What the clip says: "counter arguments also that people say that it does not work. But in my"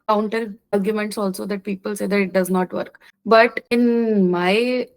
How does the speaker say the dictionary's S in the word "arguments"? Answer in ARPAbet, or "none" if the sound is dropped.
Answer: S